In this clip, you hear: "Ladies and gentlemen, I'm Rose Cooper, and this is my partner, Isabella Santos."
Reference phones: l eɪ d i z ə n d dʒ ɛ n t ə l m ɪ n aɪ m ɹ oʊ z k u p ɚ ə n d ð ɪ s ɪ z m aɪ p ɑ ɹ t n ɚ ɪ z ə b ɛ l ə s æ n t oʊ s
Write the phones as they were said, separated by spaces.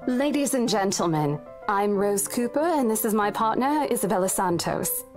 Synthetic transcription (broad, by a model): l eɪ d i z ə n dʒ ɛ n t l m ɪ n aɪ m ɹ oʊ z k u p ɚ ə n ð ɪ s ɪ z m aɪ p ɑ ɹ t n ɚ ɪ z ə b ɛ l ə s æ n t oʊ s